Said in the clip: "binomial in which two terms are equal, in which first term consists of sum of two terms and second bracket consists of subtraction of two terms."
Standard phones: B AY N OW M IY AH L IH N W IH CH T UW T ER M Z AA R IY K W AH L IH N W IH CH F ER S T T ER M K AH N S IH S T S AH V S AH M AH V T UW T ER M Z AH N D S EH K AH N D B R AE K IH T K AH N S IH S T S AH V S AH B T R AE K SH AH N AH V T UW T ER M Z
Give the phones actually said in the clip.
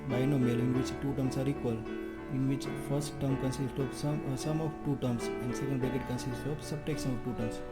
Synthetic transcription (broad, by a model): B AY N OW M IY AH L IH N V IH CH T UW T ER M S AA R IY K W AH L IH N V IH CH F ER S T T ER M K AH N S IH S T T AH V S AH M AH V T UW T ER M S AH N D S EH K AH N D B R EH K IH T K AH N S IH S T AH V S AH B T EH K S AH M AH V T UW T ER M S